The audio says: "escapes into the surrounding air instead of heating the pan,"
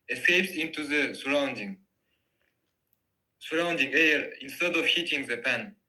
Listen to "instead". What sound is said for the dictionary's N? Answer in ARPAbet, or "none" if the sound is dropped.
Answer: N